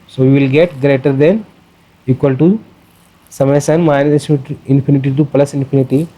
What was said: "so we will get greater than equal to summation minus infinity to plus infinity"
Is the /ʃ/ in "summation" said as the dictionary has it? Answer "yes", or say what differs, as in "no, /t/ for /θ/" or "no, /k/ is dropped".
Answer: no, /s/ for /ʃ/